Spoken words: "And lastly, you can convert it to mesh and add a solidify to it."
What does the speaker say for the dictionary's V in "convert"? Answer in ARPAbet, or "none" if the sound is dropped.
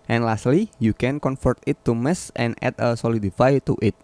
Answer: F